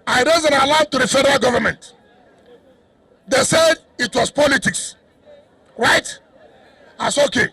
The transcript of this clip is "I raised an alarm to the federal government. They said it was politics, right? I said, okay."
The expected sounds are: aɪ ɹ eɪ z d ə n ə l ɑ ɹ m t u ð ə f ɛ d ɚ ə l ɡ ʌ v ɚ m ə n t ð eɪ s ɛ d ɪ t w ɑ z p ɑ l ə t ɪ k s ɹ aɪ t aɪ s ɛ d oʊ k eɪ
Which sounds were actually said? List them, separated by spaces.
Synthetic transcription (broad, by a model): aɪ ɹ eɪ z ə n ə l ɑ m t u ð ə f ɛ d ɚ ə l ɡ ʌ v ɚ m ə n t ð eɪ s ɛ d ɪ t w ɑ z p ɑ l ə t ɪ k s ɹ aɪ t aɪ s oʊ k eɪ